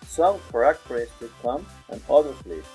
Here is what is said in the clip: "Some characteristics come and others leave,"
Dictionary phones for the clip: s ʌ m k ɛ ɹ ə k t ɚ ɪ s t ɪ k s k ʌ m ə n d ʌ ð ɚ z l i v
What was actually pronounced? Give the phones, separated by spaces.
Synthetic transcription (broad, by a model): s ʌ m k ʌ ɹ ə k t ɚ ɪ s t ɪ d k ʌ m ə n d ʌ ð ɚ s l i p